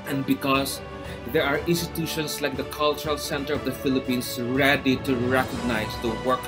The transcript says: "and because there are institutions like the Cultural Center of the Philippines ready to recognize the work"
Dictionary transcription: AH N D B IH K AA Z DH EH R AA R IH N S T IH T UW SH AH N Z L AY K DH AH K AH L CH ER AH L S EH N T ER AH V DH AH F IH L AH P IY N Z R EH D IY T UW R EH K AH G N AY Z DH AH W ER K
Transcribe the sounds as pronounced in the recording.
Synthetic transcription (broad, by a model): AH N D B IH K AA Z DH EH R AA R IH N S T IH T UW SH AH N S L AY K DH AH K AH L CH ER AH L S EH N T ER AH V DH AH F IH L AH P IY N S R EH D IY T UW R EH K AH G N AY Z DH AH W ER K